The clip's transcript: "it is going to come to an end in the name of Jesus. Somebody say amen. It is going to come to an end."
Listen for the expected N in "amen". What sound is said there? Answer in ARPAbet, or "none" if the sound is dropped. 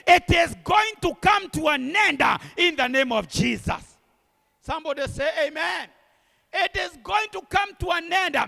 N